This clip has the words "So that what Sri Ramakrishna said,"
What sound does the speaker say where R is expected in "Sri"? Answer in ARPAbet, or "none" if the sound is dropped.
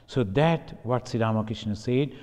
none